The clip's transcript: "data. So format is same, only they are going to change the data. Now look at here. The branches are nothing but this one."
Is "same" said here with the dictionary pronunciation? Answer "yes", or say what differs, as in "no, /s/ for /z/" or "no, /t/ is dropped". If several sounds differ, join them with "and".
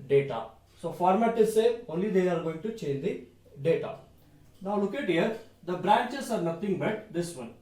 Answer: no, /m/ is dropped